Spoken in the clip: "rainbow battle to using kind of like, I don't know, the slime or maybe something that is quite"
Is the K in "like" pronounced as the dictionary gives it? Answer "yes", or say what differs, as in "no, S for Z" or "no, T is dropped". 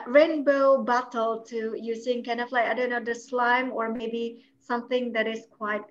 no, K is dropped